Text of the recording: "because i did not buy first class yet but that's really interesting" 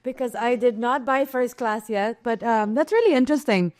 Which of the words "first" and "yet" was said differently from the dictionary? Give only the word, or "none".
none